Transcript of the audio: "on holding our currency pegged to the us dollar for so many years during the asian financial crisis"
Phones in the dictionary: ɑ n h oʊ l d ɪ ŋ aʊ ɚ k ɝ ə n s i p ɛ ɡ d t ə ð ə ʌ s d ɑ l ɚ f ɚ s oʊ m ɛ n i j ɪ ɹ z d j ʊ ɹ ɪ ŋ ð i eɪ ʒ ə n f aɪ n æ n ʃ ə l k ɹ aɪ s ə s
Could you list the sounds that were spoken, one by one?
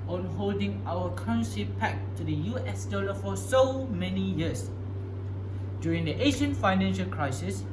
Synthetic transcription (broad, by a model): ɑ n h oʊ l d ɪ ŋ aʊ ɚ k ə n ʃ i p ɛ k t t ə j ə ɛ s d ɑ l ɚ f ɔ s oʊ m ɛ n i j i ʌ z d j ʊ ɹ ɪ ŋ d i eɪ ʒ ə n f aɪ n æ n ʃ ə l k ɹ aɪ s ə s